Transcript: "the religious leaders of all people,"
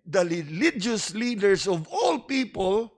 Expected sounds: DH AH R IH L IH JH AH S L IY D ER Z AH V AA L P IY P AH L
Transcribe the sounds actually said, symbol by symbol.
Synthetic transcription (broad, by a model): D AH R IH L IH JH AH S L IY D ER S AH V AA L P IY P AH L